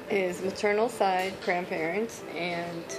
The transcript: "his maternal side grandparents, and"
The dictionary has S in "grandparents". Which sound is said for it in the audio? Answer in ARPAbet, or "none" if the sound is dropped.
none